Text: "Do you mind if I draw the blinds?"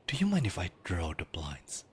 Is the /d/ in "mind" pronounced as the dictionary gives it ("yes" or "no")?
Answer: no